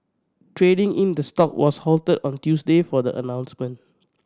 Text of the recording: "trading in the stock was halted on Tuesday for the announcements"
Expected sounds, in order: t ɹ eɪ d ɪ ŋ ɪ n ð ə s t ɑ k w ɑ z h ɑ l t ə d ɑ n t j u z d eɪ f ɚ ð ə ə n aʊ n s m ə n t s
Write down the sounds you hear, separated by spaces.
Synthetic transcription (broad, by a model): t ɹ eɪ d ɪ ŋ ɪ n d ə s t ɑ k w ɑ s h ɑ l t ə d ɑ n t j u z d eɪ f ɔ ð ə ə n aʊ n s m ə n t